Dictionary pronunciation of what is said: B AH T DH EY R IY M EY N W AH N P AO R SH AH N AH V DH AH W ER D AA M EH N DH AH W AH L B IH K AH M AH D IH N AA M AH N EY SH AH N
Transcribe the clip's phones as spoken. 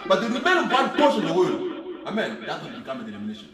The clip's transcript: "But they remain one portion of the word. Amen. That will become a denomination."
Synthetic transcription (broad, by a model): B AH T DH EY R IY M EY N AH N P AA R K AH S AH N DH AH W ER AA AA M EH N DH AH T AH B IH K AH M AH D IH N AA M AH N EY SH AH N